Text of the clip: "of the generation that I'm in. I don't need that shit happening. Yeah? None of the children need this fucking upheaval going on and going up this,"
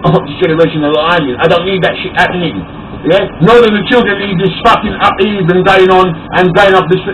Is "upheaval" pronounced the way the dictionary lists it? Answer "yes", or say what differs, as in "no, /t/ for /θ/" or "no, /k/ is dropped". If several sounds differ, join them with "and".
no, /n/ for /l/